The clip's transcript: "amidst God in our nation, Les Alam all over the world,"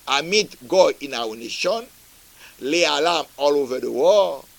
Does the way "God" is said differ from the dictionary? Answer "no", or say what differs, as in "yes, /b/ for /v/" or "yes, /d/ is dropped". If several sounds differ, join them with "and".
yes, /d/ is dropped